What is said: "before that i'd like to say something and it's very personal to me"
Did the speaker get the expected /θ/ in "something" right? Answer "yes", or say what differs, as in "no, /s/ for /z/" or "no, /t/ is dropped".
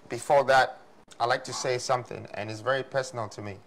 yes